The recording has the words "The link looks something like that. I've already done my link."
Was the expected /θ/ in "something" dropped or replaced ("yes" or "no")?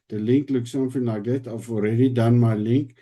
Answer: yes